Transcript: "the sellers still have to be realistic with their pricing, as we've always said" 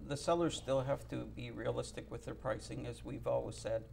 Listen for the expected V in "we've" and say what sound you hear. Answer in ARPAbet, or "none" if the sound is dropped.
V